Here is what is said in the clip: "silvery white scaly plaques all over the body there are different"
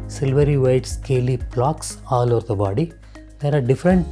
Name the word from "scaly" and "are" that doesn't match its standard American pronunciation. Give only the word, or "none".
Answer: none